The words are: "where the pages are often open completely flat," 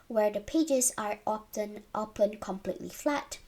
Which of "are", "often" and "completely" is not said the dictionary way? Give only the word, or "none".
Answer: often